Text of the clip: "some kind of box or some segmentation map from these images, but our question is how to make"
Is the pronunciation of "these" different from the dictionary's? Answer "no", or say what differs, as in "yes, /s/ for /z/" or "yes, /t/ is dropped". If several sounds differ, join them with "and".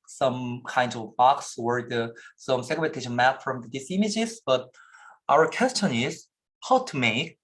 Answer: yes, /s/ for /z/